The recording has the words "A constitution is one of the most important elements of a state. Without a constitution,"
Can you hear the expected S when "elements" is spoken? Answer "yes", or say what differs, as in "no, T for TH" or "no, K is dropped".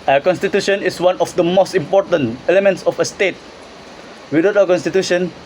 yes